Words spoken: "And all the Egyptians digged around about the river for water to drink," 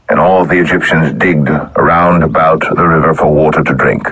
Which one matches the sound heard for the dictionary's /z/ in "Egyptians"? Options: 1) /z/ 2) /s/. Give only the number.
1